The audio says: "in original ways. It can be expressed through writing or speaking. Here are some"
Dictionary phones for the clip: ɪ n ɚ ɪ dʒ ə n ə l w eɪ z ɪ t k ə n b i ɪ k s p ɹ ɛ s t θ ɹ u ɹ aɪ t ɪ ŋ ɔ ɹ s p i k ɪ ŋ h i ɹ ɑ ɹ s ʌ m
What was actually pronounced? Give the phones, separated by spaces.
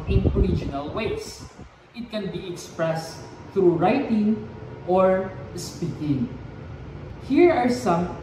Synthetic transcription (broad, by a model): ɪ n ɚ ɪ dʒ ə n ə l w eɪ s ɪ t k ə n b i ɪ k s p ɹ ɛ s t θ ɹ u ɹ aɪ t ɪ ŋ ɔ ɹ s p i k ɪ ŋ h i ɹ ɑ ɹ s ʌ m